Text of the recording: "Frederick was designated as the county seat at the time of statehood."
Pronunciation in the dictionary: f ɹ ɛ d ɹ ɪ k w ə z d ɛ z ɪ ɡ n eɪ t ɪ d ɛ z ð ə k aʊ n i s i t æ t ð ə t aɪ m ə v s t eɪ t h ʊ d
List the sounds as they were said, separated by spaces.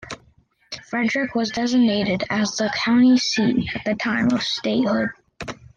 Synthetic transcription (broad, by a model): f ɹ ɛ d ɹ ɪ k w ə z d ɛ z ɪ ɡ n eɪ t ɪ d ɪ z ð ə k aʊ n i s i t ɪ t ð ə t aɪ m ə v s t eɪ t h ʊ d